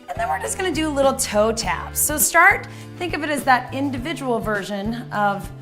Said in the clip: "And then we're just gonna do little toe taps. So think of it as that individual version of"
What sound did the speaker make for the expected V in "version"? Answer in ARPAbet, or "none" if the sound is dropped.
V